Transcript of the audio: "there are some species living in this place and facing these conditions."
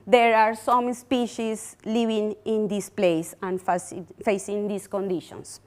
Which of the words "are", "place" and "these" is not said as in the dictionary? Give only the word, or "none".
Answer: these